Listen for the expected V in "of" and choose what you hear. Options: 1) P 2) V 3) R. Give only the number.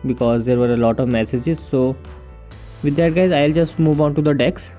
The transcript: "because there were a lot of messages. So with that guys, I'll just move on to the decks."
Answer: 2